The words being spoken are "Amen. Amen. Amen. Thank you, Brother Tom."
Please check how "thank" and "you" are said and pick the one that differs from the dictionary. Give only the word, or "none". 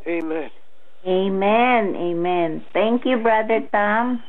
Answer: thank